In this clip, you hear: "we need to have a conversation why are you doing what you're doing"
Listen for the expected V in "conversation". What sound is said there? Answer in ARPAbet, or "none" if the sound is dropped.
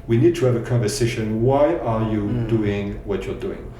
V